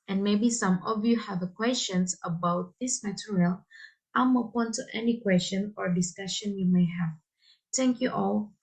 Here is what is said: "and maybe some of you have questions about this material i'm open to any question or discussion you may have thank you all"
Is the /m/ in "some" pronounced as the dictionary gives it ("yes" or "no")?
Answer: yes